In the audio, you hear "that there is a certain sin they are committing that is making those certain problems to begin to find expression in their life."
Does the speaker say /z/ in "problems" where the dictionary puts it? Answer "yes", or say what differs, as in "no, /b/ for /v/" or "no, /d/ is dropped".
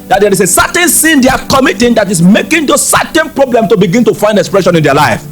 no, /z/ is dropped